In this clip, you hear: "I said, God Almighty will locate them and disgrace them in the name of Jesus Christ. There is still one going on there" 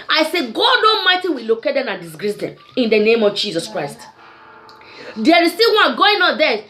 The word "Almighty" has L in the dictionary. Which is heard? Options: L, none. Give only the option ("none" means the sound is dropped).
none